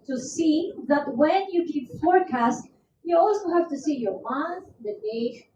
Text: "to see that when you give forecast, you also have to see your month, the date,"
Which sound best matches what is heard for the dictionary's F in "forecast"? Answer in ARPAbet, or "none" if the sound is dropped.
F